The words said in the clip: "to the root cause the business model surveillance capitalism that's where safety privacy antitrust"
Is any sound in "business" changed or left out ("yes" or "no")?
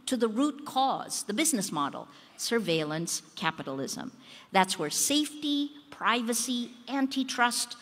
no